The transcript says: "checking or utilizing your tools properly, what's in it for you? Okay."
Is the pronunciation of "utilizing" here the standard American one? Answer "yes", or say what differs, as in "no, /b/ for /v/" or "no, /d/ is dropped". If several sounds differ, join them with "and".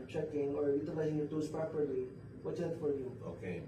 no, /s/ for /z/